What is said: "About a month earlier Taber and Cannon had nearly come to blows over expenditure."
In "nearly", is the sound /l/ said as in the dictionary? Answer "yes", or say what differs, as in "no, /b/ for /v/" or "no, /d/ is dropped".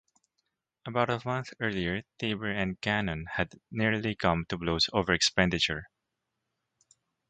yes